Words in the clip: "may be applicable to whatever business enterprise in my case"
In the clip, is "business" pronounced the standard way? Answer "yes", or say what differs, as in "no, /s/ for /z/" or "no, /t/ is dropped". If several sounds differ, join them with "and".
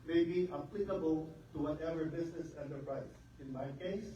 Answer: no, /s/ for /z/